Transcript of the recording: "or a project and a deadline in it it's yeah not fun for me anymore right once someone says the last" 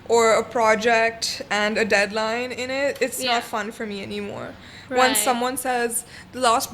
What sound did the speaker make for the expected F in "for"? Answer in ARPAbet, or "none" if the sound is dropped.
F